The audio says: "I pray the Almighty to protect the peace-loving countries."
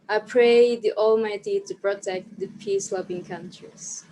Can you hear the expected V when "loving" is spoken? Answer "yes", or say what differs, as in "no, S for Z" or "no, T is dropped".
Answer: no, B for V